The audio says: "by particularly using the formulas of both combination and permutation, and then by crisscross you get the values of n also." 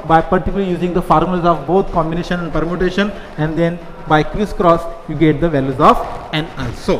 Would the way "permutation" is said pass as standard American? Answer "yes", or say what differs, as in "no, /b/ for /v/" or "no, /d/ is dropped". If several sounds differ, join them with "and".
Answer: yes